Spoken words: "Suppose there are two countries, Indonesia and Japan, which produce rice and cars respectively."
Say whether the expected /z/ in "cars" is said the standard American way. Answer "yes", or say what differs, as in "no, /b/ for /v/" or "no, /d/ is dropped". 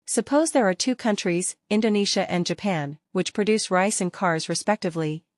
yes